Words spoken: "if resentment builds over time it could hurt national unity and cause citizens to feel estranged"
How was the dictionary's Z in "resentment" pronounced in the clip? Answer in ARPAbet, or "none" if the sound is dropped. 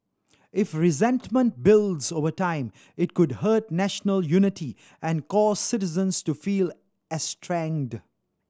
Z